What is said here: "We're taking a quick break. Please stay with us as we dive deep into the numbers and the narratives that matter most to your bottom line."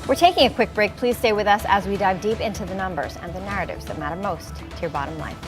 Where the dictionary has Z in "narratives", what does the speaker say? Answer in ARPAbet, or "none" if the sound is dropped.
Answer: Z